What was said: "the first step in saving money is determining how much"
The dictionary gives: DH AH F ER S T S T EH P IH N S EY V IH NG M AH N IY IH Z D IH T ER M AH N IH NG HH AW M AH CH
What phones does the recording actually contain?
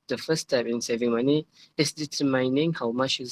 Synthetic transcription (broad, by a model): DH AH F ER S S T EH P IH N S EY V IH NG M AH N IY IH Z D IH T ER M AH N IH NG HH AW M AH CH